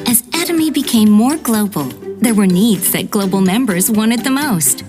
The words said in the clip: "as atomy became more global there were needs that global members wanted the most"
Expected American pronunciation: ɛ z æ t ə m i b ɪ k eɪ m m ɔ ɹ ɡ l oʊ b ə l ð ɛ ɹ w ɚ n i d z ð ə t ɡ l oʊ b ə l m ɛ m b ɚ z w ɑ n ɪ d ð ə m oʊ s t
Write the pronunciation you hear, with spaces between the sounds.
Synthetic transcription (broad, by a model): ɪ z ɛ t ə m i b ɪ k eɪ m m ɔ ɹ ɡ l oʊ b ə l ð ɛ ɹ w ɚ n i d z ð ə t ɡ l oʊ b l m ɛ m b ɚ z w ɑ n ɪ d ð ə m oʊ s t